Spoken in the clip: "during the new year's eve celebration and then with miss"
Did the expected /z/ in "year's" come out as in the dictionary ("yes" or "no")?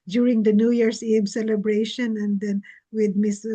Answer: no